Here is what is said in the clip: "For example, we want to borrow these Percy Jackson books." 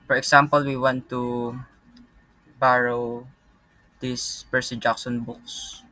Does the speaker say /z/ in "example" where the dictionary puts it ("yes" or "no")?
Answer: no